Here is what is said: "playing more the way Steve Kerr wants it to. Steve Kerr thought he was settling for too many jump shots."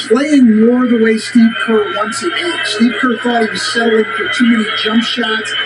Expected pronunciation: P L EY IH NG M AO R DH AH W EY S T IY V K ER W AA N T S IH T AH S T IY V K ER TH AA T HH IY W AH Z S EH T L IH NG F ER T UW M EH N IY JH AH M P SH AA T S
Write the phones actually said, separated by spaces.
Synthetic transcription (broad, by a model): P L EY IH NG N AO R DH AH W EY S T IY K ER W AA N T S IH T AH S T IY P K ER F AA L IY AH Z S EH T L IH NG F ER T UW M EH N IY JH AH M P SH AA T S